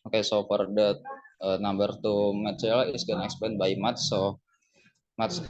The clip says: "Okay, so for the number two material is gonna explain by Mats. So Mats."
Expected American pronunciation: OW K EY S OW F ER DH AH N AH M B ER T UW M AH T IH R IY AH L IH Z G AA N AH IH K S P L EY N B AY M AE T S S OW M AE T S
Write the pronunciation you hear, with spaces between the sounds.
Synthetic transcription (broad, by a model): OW K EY S OW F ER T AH N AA M B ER T UW M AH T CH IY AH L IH S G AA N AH K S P EY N B AY M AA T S S OW M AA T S